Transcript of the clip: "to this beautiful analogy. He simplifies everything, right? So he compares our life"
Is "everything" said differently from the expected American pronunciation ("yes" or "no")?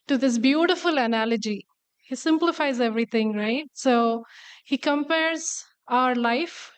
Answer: yes